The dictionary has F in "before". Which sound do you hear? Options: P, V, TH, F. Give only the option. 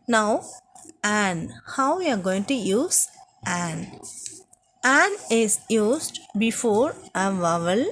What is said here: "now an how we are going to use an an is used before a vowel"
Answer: F